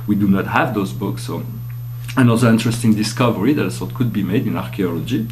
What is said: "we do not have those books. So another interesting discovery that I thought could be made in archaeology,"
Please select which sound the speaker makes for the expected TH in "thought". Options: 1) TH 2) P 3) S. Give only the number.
3